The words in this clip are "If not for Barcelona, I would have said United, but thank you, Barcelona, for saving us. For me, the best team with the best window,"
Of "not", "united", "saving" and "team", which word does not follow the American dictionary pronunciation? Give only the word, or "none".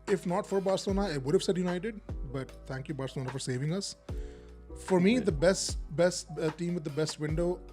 none